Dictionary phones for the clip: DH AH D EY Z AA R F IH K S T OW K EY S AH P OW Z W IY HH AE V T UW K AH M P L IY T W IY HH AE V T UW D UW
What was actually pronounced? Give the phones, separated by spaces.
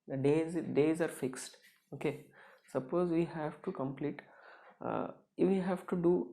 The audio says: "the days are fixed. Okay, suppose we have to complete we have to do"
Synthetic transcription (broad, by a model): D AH D EY Z AA R F IH K S T OW K EY S AH P OW Z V IY HH AE V T UW K AH M P L IY T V IY HH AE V T UW D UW